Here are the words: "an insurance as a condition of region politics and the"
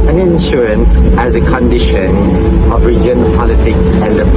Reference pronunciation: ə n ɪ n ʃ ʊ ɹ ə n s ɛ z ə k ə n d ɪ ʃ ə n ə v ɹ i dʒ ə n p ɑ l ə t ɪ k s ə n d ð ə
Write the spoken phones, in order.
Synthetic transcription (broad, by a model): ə n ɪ n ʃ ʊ ɹ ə n s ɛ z ə k ə n d ɪ ʃ ə n ə v ɹ i dʒ ə n p ɑ l ə t ɪ k s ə n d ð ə